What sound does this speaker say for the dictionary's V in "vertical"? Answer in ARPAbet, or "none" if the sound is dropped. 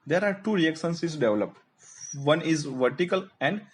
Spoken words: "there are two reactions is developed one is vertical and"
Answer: V